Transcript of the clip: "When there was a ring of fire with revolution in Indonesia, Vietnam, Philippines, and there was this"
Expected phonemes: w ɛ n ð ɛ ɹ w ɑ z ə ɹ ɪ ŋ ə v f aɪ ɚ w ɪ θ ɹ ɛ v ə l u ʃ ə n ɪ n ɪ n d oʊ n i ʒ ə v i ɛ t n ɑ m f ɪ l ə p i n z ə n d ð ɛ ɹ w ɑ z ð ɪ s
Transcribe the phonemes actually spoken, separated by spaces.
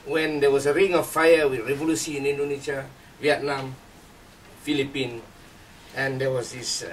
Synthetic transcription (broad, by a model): w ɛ n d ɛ w ɑ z ə ɹ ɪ ŋ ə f aɪ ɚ w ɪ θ ɹ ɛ v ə l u s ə n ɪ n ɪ n d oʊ n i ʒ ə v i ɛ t n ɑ m f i l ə p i n ə n d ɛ w ɑ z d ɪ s